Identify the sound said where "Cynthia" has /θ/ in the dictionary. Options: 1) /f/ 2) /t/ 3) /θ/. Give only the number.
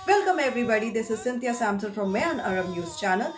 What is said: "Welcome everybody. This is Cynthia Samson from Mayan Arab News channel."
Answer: 2